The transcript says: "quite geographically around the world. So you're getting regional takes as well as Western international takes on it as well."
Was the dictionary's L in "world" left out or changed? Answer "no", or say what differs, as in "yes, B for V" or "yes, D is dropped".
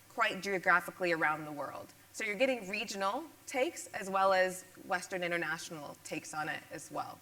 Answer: no